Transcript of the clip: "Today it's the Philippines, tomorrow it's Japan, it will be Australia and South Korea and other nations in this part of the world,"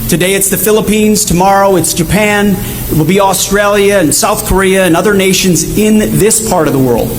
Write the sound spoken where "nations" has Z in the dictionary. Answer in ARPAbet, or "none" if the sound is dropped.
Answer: Z